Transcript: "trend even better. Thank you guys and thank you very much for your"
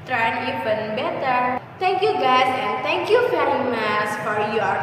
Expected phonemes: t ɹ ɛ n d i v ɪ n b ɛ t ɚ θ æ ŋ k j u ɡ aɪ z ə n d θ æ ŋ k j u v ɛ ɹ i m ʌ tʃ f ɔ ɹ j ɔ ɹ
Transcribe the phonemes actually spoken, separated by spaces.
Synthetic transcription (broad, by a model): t ɹ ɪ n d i p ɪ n b ɛ t ɚ t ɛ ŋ k j u ɡ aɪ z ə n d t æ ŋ k j u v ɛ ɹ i m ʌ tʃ f ɔ ɹ j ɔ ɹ